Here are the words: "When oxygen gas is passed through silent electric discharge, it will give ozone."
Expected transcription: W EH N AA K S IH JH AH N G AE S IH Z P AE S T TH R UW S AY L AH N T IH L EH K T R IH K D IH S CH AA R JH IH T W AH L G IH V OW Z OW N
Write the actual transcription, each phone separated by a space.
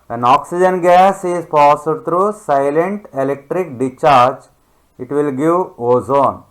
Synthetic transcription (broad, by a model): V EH N AA K S IH JH AH N G AE S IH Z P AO S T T R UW S AY L AH N T IH L EH K T R IH K D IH CH AA R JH IH T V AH L G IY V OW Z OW N